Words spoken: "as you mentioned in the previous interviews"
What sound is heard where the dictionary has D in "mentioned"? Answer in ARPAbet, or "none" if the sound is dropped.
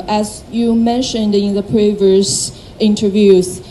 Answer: D